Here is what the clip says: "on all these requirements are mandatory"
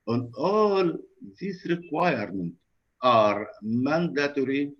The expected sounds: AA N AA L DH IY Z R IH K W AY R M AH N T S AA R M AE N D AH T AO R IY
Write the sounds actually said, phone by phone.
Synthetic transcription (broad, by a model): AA N AA L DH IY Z R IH K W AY R M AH N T AA R M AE N D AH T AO R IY